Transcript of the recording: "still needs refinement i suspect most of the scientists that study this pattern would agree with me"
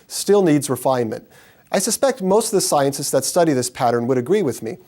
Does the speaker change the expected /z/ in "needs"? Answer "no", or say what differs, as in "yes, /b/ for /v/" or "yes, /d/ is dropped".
no